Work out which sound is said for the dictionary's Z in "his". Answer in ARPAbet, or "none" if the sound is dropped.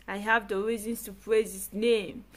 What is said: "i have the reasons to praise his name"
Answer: S